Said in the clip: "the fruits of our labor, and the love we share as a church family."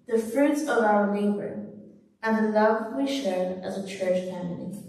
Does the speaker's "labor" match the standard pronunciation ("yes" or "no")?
no